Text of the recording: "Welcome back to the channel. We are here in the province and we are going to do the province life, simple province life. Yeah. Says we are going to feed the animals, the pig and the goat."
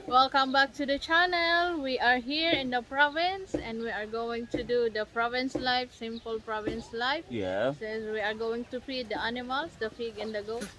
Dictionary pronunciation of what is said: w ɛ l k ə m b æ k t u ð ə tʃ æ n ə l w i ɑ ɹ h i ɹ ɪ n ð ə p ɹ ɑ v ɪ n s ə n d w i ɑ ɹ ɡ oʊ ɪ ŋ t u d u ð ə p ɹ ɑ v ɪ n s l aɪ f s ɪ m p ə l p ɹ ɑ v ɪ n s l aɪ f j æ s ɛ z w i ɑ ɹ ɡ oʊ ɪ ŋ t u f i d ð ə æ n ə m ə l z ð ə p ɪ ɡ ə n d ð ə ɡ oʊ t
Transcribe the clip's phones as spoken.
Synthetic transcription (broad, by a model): w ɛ l k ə m b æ k t u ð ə tʃ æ n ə l w i ɑ ɹ h i ɹ ɪ n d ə p ɹ ɑ v ɪ n s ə n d w i ɑ ɹ ɡ oʊ ɪ ŋ t u d u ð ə p ɹ ɑ v ɪ n s l aɪ f s ɪ m p ə l p ɹ ɑ v ɪ n s l aɪ f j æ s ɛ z w i ɑ ɹ ɡ oʊ ɪ ŋ t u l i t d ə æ n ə m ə l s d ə f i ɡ ə n d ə ɡ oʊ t